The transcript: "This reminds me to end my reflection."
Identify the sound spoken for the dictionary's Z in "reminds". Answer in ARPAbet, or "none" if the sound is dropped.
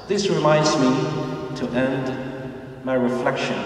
Z